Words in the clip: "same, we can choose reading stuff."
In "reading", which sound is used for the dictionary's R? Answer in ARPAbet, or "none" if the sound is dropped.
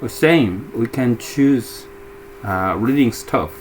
R